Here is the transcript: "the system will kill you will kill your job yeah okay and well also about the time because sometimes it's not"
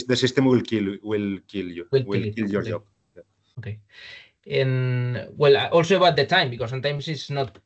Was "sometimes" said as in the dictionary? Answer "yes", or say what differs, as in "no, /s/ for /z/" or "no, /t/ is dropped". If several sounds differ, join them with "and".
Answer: no, /s/ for /z/